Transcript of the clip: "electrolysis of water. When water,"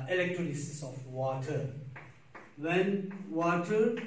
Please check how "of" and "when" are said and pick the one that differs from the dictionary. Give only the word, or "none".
of